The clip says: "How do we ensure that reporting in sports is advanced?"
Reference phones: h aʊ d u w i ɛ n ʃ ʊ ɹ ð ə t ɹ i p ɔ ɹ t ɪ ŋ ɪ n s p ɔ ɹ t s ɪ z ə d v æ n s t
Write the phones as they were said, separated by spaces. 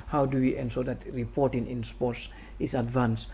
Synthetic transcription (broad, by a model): h aʊ d u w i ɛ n s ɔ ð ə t ɹ i p ɔ ɹ t ɪ ŋ ɪ n s p ɔ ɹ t s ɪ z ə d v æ n s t